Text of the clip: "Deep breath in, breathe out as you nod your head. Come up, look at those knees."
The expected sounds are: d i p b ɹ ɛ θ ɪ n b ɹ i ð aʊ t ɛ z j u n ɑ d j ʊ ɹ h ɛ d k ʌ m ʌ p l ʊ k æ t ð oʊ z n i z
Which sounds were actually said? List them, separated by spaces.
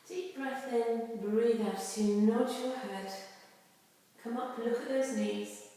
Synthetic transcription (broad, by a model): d i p b ɹ ɛ θ ɪ n b ɹ i ð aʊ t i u n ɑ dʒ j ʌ h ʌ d k ʌ m ʌ p l ʊ k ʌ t ð oʊ z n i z